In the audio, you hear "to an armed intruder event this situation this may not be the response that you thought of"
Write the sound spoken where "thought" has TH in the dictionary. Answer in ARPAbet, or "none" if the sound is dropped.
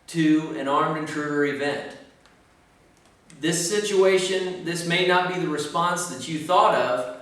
TH